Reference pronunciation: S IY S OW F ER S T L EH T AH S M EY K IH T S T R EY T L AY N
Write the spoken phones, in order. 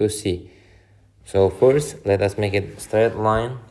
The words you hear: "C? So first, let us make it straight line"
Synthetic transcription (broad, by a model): S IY S OW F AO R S L EH T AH S M EY K IH T S T R EY T L AY N